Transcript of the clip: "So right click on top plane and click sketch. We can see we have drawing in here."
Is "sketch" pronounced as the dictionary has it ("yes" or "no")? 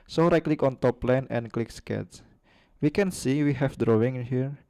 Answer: no